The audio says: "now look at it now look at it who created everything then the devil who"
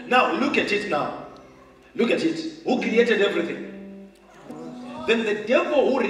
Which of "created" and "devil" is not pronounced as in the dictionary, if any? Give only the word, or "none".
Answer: none